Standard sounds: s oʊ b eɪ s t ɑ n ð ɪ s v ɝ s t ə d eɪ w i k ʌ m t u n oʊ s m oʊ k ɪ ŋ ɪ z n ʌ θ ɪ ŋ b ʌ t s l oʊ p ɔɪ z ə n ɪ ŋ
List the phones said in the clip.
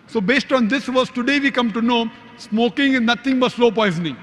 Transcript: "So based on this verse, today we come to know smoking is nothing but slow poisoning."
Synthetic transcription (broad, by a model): s oʊ b eɪ s t ɑ n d ɪ s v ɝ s t ə d eɪ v i k ʌ m t u n oʊ s m oʊ k ɪ ŋ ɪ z n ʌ t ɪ ŋ b ʌ t s l oʊ p ɔɪ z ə n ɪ ŋ